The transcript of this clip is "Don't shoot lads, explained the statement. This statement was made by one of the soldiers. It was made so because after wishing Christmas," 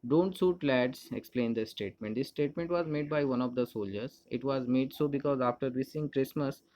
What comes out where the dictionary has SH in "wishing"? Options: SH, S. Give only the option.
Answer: S